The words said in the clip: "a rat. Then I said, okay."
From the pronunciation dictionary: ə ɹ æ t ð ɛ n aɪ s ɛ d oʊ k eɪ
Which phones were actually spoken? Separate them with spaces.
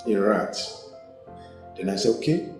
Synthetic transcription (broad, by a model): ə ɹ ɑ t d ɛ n aɪ s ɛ oʊ k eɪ